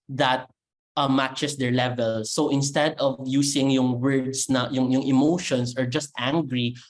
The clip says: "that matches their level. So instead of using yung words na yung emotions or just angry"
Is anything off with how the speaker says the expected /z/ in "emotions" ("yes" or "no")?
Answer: yes